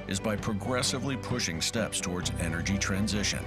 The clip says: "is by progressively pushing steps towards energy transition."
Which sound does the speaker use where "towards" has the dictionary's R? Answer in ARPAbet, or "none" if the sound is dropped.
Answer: R